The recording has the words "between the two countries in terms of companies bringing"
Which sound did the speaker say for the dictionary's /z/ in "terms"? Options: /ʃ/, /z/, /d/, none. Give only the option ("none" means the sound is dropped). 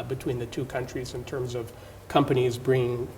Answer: /z/